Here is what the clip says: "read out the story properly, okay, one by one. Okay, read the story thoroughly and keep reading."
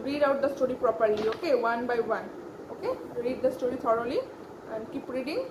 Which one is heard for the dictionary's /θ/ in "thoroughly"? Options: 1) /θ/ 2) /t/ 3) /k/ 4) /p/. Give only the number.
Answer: 2